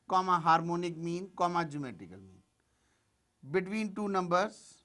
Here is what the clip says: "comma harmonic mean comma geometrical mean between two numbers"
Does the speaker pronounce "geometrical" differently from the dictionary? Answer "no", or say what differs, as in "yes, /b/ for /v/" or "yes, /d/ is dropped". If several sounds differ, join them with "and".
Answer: yes, /ɹ/ is dropped